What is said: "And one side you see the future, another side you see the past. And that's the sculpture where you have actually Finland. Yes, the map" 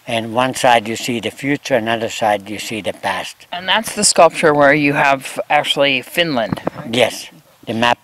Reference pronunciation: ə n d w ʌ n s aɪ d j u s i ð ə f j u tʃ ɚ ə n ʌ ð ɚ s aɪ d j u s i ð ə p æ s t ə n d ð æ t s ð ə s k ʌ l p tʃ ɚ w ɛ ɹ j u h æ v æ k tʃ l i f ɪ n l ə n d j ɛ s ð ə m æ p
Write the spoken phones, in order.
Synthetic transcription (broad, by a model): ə n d w ʌ n s aɪ d j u s i ð ə f j u tʃ ɚ ə n ʌ ð ɚ s aɪ d j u s i ð ə p æ s t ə n ð æ t s ð ə s k ʌ l p tʃ ɚ w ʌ ɹ j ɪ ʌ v æ k tʃ l i f ɪ n l ə n d j ɛ s ð ə m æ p